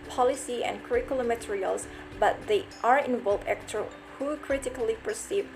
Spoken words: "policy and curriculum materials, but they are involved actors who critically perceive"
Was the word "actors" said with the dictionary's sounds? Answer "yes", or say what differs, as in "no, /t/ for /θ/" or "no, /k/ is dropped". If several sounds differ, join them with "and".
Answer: no, /z/ is dropped